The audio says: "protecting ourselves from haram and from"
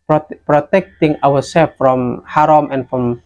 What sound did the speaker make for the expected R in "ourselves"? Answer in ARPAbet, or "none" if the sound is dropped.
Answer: W